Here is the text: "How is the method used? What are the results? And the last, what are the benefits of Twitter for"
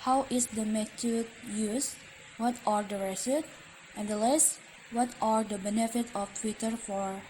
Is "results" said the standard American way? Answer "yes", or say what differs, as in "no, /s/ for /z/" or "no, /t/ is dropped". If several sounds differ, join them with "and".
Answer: no, /s/ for /z/ and /l/ is dropped and /s/ is dropped